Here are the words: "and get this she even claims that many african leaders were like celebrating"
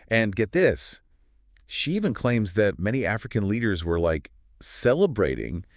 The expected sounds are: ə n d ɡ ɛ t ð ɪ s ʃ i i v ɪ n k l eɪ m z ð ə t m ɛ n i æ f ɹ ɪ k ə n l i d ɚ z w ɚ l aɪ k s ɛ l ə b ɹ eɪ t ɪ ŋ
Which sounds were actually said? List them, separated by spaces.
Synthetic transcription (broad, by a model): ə n ɡ ɛ t ð ɪ s ʃ i i v ɪ n k l eɪ m z ð ə t m ɛ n i æ f ɹ ɪ k ə n l i d ɚ z w ɚ l aɪ k s ɛ l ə b ɹ eɪ t ɪ ŋ